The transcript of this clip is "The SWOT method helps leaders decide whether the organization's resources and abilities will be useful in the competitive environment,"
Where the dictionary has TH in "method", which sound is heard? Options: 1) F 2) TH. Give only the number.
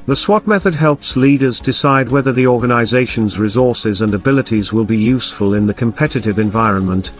2